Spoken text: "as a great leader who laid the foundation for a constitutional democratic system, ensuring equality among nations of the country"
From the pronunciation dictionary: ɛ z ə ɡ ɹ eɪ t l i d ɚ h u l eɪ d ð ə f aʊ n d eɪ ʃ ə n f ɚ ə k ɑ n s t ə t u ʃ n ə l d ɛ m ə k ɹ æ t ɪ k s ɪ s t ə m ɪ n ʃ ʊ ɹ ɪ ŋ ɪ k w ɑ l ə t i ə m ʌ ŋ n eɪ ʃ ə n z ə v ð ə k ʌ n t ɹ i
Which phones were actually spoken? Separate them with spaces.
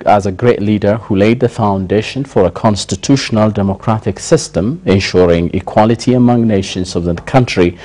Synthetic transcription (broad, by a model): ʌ z ə ɡ ɹ eɪ t l i d ɚ h u l eɪ d ð ə f aʊ n d eɪ ʃ ə n f ɚ ə k ɑ n s t ə t u ʃ n ə l d ɛ m ə k ɹ æ t ɪ k s ɪ s t ə m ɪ n ʃ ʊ ɹ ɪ ŋ ɪ k w ɑ l ə t i ə m ʌ ŋ n eɪ ʃ ə n z ə v ð ə k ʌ n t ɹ i